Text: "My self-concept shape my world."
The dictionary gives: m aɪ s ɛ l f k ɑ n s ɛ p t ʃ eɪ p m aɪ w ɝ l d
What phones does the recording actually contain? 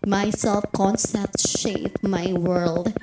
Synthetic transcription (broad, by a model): m aɪ s ɛ l f k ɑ n s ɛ t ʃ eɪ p m aɪ w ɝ l d